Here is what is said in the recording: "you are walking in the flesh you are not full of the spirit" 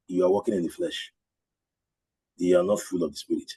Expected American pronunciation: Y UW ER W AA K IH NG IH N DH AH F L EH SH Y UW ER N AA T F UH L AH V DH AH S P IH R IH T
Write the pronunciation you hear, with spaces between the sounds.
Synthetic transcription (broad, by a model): Y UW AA W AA K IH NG IH N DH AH F L EH SH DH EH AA N AA T F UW L AH V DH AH S P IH R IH T